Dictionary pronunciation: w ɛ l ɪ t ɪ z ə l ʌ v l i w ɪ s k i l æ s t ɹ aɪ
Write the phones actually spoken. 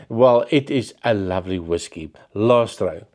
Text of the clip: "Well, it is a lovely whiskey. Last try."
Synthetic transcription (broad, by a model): w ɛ l ɪ t ɪ z ə l ʌ v l i w ɪ s k i l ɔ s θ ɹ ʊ